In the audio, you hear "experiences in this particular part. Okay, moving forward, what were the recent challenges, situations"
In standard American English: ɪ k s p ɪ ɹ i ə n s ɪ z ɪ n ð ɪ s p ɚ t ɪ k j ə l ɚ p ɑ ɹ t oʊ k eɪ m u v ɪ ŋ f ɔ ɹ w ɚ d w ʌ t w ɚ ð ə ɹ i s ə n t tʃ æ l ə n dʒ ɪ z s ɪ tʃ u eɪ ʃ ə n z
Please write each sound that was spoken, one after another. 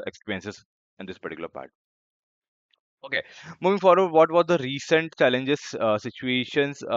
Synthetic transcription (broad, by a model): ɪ k s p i ɹ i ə n s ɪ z ɪ n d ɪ s p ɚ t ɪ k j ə l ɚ p ɑ ɹ t oʊ k eɪ m u v ɪ ŋ f ɔ ɹ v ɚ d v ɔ t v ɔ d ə ɹ i s ə n t tʃ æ l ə n dʒ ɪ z s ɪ tʃ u eɪ ʃ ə n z